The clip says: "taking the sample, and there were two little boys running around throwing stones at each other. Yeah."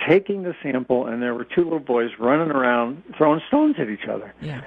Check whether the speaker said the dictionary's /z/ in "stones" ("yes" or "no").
yes